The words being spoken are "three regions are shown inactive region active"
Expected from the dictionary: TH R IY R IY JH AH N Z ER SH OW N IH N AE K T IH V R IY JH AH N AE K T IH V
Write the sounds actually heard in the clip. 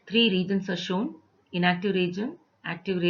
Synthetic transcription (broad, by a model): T R IY R IY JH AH N S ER SH OW N IH N AE K T IH V R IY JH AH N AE K T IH V